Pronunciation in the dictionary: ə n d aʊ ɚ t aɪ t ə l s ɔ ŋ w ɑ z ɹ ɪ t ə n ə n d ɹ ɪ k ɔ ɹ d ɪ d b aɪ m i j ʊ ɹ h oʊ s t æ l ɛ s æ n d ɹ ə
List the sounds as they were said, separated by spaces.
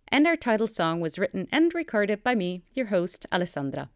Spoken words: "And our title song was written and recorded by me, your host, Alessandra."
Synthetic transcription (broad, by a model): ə n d aʊ ɚ t aɪ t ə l s ɔ ŋ w ɑ z ɹ ɪ t n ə n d ɹ ɪ k ɔ ɹ d ɪ d b aɪ m i j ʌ ɹ h oʊ s t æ l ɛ s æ n d ɹ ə